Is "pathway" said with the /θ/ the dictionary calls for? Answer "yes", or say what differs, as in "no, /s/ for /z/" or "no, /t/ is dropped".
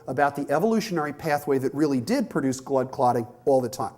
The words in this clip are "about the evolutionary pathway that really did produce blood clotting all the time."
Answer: yes